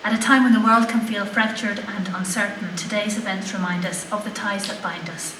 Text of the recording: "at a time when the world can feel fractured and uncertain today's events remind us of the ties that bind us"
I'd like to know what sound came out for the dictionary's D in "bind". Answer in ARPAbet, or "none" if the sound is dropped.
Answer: D